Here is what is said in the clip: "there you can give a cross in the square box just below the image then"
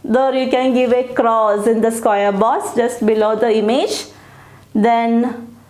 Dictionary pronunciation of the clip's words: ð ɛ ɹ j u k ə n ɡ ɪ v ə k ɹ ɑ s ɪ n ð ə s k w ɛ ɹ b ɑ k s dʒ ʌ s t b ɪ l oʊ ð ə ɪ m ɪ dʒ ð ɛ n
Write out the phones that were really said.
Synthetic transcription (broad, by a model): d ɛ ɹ j u k ə n ɡ ɪ v ə k ɹ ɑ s ɪ n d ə s k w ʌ ɹ b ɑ s dʒ ʌ s t b ɪ l oʊ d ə ɪ m ɪ dʒ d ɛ n